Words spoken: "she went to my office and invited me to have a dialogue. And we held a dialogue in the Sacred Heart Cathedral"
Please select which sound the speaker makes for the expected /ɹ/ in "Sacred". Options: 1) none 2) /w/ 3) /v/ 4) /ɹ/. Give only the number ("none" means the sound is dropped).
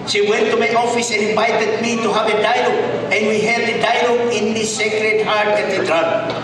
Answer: 4